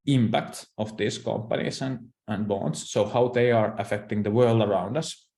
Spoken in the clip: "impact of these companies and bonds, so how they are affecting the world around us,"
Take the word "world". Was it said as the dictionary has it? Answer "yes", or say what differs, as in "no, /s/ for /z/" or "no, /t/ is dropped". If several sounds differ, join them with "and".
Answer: yes